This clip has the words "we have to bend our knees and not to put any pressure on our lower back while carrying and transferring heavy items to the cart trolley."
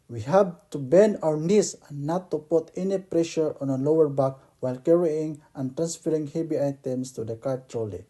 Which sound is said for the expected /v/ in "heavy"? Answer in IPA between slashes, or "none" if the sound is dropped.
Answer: /b/